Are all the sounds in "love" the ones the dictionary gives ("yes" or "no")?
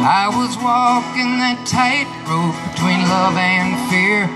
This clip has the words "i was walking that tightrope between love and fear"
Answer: yes